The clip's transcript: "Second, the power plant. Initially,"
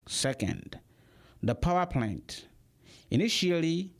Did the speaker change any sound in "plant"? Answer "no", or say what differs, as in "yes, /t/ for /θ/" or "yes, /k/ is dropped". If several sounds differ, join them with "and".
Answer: no